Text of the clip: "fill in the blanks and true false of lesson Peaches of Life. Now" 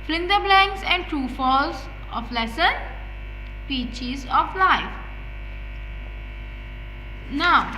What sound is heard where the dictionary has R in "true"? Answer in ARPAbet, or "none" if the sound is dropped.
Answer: none